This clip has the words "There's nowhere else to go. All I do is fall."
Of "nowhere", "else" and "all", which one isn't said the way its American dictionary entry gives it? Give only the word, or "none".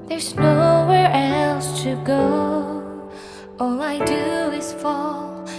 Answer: none